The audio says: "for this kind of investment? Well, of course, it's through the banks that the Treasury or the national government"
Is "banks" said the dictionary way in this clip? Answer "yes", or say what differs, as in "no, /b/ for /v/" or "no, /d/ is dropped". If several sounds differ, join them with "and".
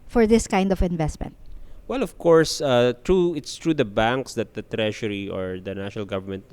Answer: yes